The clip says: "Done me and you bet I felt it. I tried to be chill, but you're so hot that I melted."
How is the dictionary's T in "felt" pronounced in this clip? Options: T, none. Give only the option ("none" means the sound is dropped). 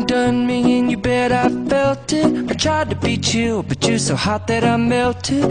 T